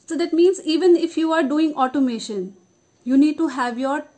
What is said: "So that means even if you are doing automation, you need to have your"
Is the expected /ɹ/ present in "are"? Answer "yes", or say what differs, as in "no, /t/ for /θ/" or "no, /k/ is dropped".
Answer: yes